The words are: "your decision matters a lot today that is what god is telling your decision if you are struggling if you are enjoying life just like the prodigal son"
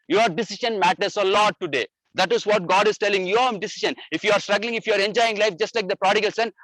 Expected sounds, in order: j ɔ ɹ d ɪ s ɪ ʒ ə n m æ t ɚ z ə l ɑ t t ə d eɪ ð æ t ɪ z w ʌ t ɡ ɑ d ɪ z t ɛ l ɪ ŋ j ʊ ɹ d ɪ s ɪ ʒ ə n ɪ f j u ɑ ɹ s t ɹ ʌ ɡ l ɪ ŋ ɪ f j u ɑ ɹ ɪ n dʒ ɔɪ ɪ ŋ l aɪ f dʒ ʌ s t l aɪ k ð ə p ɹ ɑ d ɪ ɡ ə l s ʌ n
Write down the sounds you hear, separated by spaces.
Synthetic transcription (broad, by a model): j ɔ ɹ d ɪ s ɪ ʃ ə n m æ t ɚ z ə l ɑ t t ə d eɪ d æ t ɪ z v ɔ t ɡ ɑ d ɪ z t ɛ l ɪ ŋ j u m d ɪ s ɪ ʃ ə n ɪ f j u ɑ ɹ s t ɹ ʌ ɡ l ɪ ŋ ɪ f j u ɑ ɹ ɪ n dʒ ɔɪ ɪ ŋ l aɪ f dʒ ʌ s t l aɪ k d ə p ɹ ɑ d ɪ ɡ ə l s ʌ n